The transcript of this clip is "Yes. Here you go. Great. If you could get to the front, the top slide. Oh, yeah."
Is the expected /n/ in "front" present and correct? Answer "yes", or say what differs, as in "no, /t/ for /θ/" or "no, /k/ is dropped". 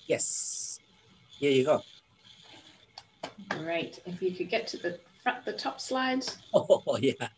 no, /n/ is dropped